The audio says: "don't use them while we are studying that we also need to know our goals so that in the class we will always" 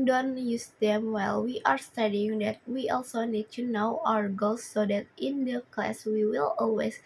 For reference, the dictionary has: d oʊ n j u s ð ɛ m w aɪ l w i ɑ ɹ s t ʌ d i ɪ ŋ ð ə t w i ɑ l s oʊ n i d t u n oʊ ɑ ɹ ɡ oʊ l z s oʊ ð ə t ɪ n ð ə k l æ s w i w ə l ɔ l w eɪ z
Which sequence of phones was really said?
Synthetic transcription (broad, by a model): d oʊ n j u s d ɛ m w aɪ l w i ɑ ɹ s t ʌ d i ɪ ŋ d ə t w i ɑ l s oʊ n i d t u n oʊ ɑ ɹ ɡ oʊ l s oʊ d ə t ɪ n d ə k l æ s w i w ə l ɔ l w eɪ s